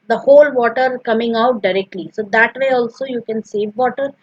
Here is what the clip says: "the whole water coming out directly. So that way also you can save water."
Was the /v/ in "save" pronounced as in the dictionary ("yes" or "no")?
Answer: yes